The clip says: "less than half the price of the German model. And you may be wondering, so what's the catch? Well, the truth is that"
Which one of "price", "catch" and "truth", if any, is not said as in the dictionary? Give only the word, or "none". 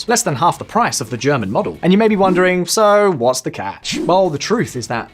none